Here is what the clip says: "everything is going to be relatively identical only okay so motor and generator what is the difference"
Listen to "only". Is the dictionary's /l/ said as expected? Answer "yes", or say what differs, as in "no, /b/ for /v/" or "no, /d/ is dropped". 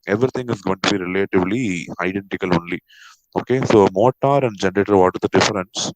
yes